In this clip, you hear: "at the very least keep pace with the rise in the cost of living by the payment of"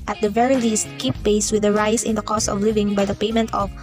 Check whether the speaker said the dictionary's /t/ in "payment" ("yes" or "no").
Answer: yes